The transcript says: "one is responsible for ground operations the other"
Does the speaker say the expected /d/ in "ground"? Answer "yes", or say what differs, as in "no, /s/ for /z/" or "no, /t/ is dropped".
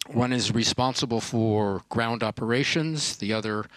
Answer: yes